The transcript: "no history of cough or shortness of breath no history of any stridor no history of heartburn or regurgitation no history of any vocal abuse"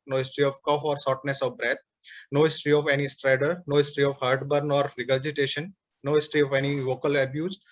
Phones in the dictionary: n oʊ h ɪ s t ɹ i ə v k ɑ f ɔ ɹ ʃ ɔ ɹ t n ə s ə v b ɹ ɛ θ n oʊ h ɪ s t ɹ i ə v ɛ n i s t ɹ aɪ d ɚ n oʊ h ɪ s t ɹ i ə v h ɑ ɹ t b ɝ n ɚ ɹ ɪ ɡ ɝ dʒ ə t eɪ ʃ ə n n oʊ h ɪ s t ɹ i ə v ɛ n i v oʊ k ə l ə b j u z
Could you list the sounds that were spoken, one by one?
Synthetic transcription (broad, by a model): n oʊ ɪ s t ɹ i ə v k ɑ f ɔ ɹ s ɔ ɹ t n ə s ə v b ɹ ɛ t n oʊ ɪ s t ɹ i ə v ɛ n i s t ɹ aɪ d ɚ n oʊ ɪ s t ɹ i ə v h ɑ ɹ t b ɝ n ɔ ɹ ɪ ɡ ɝ dʒ ə t eɪ ʃ ə n n oʊ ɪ s t ɹ i ə v ɛ n i v oʊ k ə l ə b j u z